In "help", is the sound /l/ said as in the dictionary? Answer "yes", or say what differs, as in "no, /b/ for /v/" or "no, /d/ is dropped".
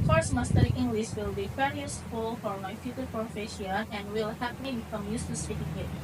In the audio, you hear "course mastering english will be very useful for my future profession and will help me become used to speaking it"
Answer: no, /l/ is dropped